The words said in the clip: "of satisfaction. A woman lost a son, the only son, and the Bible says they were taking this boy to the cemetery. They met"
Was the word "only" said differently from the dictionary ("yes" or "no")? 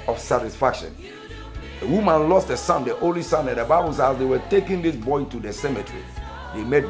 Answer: yes